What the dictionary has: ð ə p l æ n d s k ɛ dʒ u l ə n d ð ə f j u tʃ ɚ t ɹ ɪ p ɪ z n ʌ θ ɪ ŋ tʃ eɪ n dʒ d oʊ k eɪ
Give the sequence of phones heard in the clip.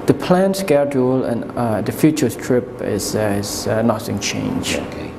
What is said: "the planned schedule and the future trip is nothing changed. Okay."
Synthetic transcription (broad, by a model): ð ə p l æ n s k ɛ dʒ u l ə n d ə f j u tʃ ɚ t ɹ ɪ p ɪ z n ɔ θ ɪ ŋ tʃ eɪ n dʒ oʊ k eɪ